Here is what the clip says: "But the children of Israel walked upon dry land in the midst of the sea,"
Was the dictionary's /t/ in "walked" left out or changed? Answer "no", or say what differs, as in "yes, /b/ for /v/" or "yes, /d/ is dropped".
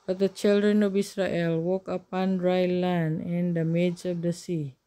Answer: yes, /t/ is dropped